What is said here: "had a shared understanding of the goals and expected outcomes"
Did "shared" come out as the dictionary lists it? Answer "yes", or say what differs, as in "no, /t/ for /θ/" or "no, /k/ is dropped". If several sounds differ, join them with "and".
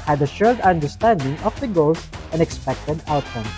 no, /l/ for /ɹ/